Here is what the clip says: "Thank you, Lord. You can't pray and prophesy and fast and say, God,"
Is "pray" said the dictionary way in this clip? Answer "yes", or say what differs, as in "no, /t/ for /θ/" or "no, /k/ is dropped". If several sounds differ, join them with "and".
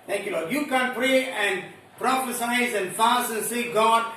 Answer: yes